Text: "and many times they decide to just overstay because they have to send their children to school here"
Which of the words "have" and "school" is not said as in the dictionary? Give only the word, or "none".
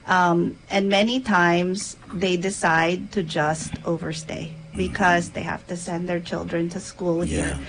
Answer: have